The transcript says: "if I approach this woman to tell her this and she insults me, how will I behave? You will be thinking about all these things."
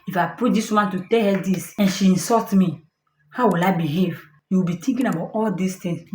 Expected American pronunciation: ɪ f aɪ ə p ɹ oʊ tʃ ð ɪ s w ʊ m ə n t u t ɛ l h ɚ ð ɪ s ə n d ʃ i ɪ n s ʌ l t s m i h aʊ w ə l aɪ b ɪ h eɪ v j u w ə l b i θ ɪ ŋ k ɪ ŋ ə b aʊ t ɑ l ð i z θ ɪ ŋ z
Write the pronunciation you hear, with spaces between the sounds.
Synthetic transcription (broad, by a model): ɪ f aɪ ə p u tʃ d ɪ s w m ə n t u t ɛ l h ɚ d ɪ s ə n ʃ i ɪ n s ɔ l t m i h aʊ w ə l aɪ b ɪ h eɪ v j u w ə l b i t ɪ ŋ k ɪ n ə b aʊ t ɑ l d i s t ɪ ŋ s